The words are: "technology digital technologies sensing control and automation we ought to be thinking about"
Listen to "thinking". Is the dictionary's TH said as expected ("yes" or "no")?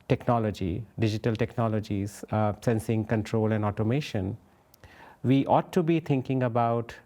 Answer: no